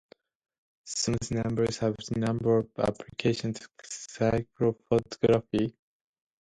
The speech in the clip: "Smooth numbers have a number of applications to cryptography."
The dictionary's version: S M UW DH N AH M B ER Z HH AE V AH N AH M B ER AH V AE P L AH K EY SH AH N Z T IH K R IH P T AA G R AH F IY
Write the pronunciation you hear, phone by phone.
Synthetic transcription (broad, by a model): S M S N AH M B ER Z HH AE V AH N AH M B ER AH V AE P L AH K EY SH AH N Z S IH K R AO F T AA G R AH F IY